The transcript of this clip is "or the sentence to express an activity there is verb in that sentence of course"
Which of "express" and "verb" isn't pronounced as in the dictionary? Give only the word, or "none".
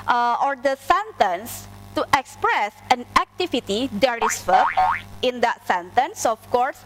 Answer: verb